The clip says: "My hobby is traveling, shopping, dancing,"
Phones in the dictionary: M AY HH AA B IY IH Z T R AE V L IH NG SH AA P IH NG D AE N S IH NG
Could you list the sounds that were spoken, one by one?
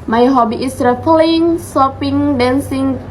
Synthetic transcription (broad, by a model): M AY HH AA B IY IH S R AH P L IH NG S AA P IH NG D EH N S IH NG